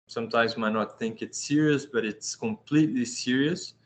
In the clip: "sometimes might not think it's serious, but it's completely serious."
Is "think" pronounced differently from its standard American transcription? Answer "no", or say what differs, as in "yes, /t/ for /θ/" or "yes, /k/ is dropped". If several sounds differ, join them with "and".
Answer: no